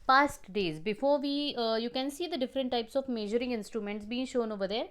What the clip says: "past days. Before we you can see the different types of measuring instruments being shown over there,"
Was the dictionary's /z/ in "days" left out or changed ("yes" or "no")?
no